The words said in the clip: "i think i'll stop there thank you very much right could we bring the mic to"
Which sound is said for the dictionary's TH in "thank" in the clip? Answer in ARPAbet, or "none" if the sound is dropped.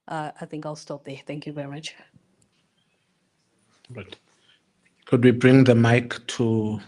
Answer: TH